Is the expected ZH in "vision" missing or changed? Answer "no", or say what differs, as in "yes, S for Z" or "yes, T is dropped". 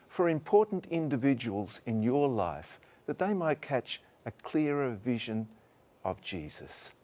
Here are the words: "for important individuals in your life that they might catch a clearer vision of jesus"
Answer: no